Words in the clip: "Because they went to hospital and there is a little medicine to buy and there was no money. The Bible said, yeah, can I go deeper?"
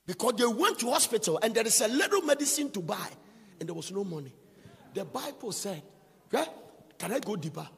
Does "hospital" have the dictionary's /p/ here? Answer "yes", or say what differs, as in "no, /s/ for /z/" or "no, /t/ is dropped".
yes